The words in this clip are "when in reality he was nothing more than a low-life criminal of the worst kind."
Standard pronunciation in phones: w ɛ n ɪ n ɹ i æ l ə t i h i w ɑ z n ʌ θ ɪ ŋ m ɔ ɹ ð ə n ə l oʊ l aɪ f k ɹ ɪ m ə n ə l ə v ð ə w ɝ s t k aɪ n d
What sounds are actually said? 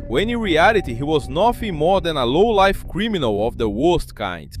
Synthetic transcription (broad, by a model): w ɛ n ɪ n ɹ i æ l ə t i h i w ɑ z n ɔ f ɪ m ɔ ɹ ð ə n ə l oʊ l aɪ f k ɹ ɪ m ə n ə l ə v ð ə w ɝ s t k aɪ n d